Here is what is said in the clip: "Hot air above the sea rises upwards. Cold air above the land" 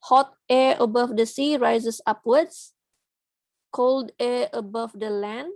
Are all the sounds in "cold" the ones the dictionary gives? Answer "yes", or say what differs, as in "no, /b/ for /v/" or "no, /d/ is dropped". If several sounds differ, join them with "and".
yes